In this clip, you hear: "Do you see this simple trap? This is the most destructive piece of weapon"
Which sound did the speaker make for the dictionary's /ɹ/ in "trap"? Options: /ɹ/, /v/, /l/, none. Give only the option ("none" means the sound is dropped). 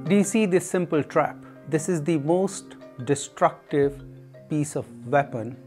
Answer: /ɹ/